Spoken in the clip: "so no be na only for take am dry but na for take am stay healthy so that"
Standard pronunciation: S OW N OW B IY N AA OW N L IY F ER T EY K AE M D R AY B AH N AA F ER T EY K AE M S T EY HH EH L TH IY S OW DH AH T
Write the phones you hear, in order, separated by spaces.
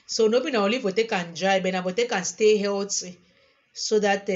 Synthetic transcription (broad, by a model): S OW N OW B IY N AA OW L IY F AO T EY K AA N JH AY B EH N AA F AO T EY K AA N S T EY HH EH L T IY S OW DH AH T